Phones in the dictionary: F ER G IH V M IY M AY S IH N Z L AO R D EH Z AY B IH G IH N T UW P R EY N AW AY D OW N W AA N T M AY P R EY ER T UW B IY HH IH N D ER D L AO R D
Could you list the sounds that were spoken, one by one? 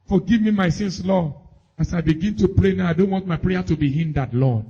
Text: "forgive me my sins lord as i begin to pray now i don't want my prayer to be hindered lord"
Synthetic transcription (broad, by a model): F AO G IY V M IY M AY S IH N S L AO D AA S AY B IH G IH N T UW P R EY N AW AY D OW N W AA N T M AY P R EY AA T UW B IY HH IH N D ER D L AO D